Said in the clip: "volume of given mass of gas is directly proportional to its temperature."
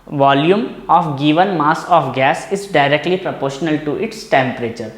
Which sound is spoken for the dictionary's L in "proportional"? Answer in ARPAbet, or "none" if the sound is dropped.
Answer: L